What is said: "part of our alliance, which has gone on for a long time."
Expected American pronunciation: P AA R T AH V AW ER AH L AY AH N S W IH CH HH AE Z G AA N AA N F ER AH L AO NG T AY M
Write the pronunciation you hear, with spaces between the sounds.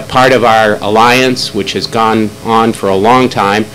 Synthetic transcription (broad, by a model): P AA R T AH V AW ER AH L AY AH N S W IH CH HH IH Z G AA N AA N F ER AH L AO NG T AY M